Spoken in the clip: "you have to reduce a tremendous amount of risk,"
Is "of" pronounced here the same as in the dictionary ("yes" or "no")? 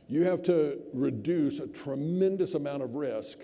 yes